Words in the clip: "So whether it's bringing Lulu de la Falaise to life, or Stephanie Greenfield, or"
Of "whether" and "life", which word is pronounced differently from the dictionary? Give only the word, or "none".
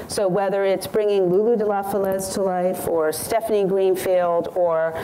none